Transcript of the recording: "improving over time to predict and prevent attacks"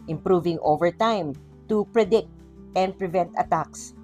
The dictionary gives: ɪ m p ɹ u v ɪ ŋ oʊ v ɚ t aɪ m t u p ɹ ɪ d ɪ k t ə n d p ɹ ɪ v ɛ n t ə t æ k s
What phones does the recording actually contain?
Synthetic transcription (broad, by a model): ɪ m p ɹ u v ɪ ŋ oʊ v ɚ t aɪ m t u p ɹ ɪ d ɪ k t ə n d p ɹ ɪ v ɛ n t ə t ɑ k s